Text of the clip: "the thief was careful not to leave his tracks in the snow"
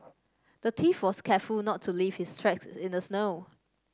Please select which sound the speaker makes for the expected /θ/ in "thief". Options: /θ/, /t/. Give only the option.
/t/